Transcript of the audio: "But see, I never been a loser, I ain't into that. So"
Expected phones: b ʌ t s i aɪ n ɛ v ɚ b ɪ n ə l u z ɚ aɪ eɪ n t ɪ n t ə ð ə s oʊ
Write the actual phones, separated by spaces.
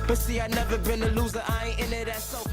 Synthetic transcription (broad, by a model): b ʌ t s i aɪ n ɛ v ɚ b ɪ n ə l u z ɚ aɪ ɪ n ɪ t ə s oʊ